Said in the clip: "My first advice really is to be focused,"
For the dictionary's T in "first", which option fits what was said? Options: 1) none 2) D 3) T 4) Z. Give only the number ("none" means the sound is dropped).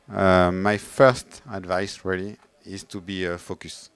3